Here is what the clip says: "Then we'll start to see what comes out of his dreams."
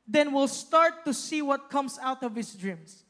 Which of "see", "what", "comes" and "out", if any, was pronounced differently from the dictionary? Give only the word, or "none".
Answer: comes